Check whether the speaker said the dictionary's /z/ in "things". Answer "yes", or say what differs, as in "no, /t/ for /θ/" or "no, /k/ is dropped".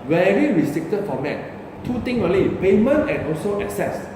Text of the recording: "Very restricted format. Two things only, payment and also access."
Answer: no, /z/ is dropped